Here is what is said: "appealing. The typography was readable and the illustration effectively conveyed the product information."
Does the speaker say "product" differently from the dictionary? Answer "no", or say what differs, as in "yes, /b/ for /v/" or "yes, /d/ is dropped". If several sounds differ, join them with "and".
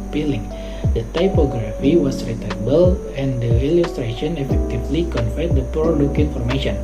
yes, /t/ is dropped